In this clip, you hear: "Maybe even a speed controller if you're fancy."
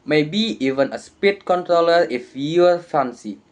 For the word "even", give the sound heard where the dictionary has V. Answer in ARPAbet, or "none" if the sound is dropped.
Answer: V